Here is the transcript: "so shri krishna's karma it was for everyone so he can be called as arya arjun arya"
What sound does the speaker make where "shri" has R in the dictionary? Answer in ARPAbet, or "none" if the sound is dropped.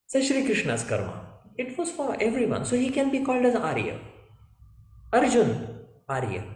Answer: R